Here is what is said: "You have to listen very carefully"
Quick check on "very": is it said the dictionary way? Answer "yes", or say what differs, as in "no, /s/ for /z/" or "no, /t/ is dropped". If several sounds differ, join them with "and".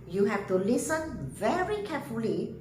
yes